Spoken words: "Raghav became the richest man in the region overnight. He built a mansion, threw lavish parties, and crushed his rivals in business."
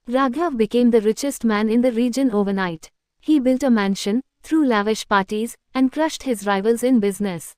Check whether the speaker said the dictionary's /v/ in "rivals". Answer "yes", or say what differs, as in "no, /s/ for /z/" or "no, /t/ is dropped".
yes